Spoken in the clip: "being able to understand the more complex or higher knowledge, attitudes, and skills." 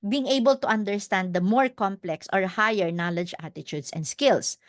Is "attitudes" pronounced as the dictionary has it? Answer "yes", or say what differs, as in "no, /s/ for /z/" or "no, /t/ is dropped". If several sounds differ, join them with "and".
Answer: no, /s/ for /z/